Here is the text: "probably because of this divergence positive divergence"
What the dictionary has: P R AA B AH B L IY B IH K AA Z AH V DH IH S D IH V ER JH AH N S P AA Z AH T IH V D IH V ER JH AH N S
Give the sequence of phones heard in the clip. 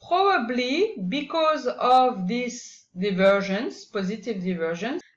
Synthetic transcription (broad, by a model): P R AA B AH B L IY B IH K AA Z AH V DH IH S D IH V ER ZH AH N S P AA Z AH T IH V D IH V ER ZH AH N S